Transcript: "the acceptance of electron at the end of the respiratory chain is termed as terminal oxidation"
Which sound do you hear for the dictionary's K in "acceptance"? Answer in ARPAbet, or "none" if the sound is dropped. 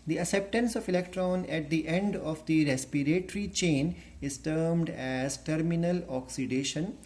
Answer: none